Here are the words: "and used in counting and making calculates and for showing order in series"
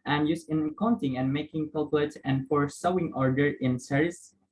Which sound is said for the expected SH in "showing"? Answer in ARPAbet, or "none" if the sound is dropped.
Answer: S